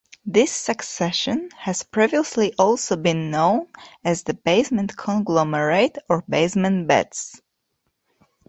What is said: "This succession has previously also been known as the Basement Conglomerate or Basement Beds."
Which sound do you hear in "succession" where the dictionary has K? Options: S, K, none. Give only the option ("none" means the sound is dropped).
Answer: K